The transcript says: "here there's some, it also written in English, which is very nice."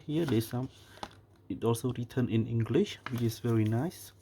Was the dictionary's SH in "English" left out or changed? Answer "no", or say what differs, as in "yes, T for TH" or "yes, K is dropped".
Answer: no